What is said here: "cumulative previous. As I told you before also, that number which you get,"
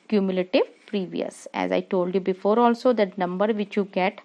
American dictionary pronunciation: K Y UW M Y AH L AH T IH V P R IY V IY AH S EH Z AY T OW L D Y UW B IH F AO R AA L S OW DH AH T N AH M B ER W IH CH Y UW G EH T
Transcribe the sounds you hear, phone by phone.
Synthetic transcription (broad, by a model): K Y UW M Y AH L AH T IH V P R IY V IY AH S EH Z AY T OW L D Y UW B IH F AO R AA L S OW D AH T N AH M B ER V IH CH Y UW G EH T